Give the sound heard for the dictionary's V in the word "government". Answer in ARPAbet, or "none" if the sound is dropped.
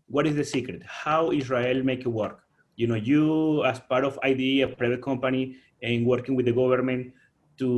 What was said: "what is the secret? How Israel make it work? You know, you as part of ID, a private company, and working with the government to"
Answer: B